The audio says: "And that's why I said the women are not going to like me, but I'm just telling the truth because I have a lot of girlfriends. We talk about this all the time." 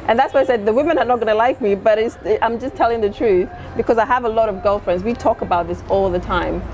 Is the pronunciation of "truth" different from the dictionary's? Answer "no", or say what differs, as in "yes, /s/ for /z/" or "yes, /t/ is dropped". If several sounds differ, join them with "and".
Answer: no